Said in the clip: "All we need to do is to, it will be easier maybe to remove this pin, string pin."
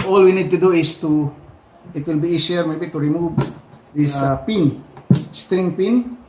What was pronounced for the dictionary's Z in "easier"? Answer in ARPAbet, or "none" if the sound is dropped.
S